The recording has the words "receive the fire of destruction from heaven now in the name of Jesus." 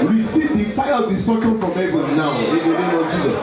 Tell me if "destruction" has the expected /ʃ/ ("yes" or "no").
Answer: no